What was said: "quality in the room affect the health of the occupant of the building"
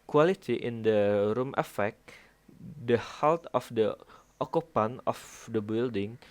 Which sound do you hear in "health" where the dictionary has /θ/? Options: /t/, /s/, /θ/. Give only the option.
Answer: /t/